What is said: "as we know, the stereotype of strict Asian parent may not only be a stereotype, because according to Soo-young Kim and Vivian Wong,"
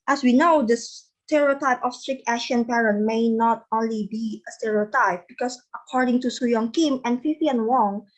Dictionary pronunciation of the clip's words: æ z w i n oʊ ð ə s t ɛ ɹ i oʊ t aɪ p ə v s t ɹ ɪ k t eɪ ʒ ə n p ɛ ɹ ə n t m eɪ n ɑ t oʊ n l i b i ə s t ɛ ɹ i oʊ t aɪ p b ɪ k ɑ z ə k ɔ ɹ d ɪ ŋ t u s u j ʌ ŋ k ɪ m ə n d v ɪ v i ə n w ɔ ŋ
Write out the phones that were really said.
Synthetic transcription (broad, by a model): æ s w i n oʊ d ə s t ɛ ɹ i oʊ t aɪ p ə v s t ɹ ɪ k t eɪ ʃ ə n p ɛ ɹ ə n t m eɪ n ɑ t oʊ n l i b i ə s t ɛ ɹ i oʊ t aɪ p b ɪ k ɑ s ə k ɔ ɹ d ɪ ŋ t u s u j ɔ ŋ k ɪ m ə n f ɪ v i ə n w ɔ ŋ